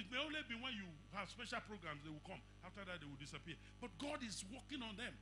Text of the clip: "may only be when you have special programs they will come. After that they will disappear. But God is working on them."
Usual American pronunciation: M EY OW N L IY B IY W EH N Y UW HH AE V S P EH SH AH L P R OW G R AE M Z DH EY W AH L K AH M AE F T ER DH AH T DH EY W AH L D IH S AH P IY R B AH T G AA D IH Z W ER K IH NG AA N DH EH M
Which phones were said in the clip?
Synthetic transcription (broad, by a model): M EY OW N L IY B IY W EH N Y UW HH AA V S P EH SH AH L P R OW G R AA M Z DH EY W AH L K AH M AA F T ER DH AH T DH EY W AH L D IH S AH P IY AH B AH T G AA D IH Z W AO K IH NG AA N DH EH M